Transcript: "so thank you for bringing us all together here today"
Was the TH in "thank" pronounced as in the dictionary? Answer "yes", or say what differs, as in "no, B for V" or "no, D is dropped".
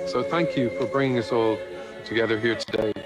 yes